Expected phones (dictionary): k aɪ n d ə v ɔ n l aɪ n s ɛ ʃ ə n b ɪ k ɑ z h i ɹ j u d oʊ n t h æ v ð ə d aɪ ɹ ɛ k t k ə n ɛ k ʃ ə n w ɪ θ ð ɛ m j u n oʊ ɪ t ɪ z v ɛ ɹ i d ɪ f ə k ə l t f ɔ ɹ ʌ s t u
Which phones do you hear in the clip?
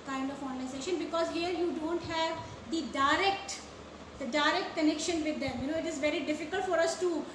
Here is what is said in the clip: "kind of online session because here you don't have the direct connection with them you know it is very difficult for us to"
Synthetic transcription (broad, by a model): k aɪ n d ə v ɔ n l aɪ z ɛ ʃ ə n b ɪ k ɑ z h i ɹ j u d oʊ n t h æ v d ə d aɪ ɹ ɛ k t k ə n ɛ k ʃ ə n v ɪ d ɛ m j u n oʊ ɪ t ɪ z v ɛ ɹ i d ɪ f ə k ə l t f ɔ ɹ ʌ s t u